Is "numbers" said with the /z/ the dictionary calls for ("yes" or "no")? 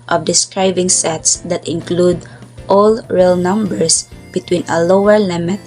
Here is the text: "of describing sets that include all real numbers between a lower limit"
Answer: no